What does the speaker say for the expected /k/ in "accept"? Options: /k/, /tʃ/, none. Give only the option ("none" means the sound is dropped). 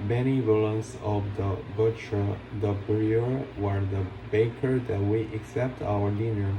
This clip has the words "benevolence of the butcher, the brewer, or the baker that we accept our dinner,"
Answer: /k/